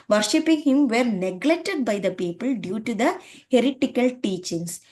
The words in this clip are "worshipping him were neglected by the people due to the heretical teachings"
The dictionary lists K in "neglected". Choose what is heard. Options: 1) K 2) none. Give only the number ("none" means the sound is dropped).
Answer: 1